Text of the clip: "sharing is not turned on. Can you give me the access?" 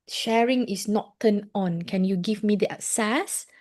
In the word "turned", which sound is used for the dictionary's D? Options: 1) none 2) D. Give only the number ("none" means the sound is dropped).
1